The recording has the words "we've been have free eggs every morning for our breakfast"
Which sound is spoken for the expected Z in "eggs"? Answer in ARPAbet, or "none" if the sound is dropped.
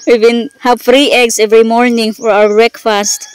S